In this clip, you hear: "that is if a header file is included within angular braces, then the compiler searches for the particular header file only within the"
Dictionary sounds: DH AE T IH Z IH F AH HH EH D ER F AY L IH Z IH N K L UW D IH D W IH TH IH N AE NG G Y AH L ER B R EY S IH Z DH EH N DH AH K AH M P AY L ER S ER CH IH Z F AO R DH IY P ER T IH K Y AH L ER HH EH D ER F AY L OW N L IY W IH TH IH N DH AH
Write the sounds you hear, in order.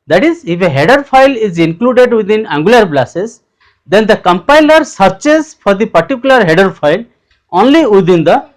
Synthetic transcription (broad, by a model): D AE T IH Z IH F AH HH EH D ER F AY L IH Z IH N K L UW D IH D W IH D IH N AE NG G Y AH L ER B L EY S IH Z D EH N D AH K AH M P AY L ER S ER CH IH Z F AO R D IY P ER T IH K Y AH L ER HH EH D ER F AY L OW N L IY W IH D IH N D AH